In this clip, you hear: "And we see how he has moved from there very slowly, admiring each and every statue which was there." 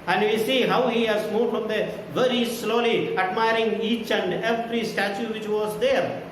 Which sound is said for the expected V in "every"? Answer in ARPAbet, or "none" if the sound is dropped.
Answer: P